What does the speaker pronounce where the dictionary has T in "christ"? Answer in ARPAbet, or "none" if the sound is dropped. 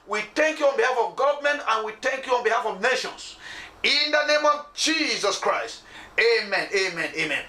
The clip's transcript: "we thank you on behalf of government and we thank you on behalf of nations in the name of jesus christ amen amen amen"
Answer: T